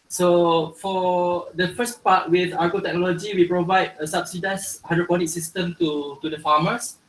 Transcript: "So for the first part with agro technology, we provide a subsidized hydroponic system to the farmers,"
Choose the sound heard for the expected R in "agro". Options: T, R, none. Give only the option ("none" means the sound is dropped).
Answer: none